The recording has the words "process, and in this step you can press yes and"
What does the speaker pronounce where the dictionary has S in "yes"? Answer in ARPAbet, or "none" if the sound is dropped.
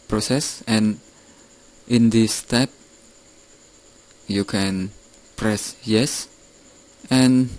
S